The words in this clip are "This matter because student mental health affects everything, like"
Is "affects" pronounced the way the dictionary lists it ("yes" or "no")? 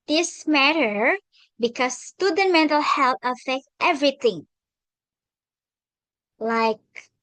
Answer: no